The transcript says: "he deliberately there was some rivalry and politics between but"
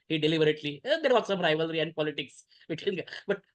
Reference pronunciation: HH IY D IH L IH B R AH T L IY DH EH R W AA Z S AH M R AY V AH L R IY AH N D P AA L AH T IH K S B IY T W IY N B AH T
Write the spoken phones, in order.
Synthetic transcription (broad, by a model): HH IY D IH L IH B R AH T L IY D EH R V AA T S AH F R AY V AH L R IY AH N D P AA L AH T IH K S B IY T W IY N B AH T